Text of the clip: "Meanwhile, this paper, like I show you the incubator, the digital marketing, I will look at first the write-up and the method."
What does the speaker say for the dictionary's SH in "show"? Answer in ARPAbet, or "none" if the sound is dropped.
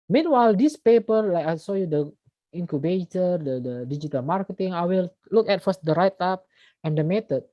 S